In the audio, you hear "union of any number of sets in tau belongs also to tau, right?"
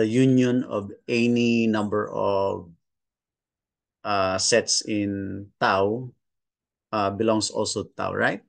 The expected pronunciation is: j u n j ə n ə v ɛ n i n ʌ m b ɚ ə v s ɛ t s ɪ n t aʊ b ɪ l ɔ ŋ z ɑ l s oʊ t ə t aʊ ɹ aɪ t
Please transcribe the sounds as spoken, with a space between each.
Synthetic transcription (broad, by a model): j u n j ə n ə v ɛ n i n ʌ m b ɚ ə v s ɛ t s ɪ n t aʊ b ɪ l ɔ ŋ s ɑ l s oʊ t ə t aʊ ɹ aɪ t